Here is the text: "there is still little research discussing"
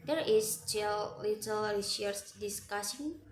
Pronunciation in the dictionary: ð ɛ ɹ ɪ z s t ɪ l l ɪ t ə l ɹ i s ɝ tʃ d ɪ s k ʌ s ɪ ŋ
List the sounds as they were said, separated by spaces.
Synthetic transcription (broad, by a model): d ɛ ɹ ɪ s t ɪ l l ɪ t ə l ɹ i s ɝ s d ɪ s k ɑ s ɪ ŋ